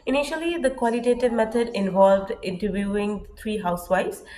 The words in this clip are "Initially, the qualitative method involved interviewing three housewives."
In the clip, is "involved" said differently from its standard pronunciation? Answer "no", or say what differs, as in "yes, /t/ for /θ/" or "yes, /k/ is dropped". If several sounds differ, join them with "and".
no